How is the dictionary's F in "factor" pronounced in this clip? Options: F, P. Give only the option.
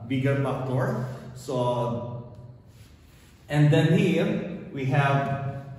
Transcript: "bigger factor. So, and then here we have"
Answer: P